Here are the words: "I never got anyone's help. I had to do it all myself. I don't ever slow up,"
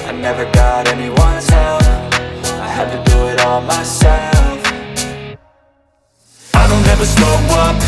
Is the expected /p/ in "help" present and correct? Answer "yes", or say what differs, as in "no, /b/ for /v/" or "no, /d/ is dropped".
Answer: no, /f/ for /p/